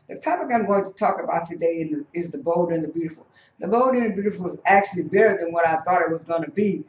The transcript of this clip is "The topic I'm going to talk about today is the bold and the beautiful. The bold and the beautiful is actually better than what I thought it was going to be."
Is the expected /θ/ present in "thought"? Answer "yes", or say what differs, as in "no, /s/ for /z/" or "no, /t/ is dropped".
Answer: yes